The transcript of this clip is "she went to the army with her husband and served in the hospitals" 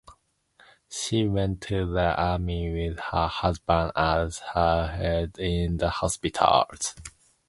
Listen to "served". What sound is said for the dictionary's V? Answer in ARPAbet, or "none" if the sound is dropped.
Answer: none